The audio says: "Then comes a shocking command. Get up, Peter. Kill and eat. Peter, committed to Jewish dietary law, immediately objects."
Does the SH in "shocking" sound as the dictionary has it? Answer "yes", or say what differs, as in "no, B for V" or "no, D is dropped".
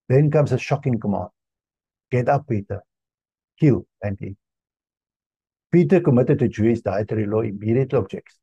yes